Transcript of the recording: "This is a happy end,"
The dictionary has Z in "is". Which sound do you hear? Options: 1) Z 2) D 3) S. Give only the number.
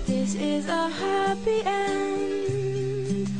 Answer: 1